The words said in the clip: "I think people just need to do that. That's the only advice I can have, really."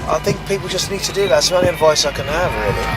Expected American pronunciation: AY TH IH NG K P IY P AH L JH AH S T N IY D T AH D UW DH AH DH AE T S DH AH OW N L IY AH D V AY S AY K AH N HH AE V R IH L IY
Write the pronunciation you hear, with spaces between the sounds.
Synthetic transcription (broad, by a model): AY TH IH NG K P IY P AH L JH AH S N IY D T AH D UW DH AH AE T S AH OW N IY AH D V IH S AY K AH N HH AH V R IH L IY